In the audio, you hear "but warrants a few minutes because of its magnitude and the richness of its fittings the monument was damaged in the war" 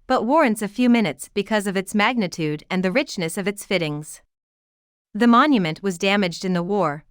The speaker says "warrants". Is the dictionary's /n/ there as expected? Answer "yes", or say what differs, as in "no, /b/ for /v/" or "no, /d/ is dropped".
yes